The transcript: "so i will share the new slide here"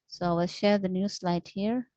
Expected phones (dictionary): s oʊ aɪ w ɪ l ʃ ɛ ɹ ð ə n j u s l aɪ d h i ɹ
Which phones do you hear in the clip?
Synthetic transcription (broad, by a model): s oʊ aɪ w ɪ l ʃ ɛ ɹ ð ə n j u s l aɪ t h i ɹ